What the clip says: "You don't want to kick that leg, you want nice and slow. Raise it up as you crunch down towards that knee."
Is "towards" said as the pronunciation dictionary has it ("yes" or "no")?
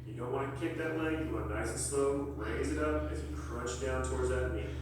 yes